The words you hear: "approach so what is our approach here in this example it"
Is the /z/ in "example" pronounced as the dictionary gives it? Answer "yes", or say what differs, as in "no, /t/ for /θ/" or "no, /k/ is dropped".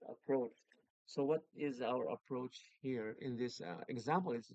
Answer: yes